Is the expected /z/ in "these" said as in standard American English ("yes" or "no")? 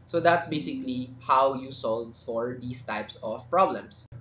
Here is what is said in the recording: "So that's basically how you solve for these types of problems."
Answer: no